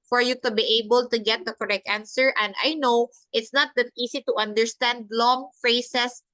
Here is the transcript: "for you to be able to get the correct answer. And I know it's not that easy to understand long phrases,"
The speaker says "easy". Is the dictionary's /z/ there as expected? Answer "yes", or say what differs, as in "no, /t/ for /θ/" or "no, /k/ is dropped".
no, /s/ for /z/